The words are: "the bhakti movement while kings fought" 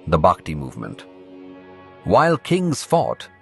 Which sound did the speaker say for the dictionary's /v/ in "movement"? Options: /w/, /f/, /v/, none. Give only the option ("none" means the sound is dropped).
/v/